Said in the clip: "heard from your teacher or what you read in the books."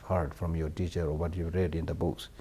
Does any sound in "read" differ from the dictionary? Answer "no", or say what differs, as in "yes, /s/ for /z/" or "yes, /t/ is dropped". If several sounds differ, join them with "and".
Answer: no